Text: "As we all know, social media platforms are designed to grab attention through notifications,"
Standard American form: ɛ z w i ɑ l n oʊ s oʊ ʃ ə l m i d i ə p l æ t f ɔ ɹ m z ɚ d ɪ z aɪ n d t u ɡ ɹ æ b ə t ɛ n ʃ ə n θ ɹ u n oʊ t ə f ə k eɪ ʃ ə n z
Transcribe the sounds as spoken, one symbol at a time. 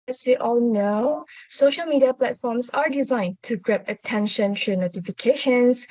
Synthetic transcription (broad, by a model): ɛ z w i ɑ l n oʊ s oʊ ʃ ə l m i d i ə p l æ t f ɔ m s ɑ d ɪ z aɪ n t u ɡ ɹ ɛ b ə t ɛ n ʃ ə n t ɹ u n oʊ t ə f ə k eɪ ʃ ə n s